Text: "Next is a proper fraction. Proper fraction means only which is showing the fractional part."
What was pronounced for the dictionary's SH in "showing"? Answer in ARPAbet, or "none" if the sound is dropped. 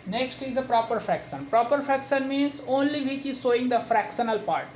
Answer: S